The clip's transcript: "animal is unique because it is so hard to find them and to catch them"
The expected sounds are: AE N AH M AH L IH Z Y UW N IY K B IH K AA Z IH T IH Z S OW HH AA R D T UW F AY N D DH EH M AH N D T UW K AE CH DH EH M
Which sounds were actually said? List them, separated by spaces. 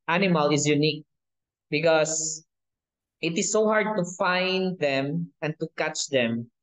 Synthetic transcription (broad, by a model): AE N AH M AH L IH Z Y UW N IY K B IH K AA S IH T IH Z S OW HH AA R D T UW F AY N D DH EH M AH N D T UW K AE CH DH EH M